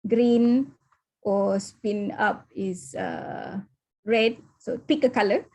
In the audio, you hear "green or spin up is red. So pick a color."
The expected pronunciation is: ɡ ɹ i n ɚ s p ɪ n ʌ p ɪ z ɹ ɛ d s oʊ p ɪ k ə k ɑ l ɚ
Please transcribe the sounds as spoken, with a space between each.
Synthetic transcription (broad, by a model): ɡ ɹ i n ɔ s p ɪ n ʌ p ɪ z ɹ ɛ d s oʊ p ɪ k ə k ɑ l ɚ